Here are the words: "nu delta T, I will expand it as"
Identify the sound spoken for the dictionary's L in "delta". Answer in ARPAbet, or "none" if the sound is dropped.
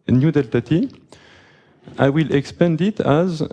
L